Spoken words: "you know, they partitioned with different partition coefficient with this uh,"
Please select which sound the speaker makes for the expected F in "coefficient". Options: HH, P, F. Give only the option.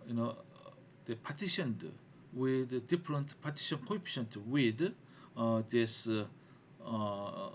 P